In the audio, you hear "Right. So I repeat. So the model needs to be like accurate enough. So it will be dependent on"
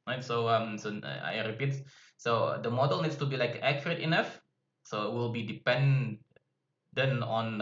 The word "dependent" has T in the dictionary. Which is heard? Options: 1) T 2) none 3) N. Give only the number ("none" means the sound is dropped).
2